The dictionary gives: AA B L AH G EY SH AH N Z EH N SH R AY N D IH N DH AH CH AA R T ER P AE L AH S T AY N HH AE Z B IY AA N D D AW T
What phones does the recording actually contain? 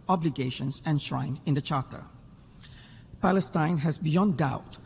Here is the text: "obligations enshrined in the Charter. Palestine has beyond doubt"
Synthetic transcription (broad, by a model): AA B L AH G EY SH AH N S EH N SH R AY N IH N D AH CH AA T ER P AE L AH S T AY N HH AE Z B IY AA N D D AW T